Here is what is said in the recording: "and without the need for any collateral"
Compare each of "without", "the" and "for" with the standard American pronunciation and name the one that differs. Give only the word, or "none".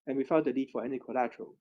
without